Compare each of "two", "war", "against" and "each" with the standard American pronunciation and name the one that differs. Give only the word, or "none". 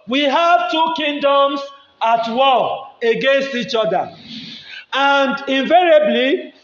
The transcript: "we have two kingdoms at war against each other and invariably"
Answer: war